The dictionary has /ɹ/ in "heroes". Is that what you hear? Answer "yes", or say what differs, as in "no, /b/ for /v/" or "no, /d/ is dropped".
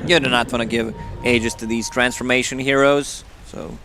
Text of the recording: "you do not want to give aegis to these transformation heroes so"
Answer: yes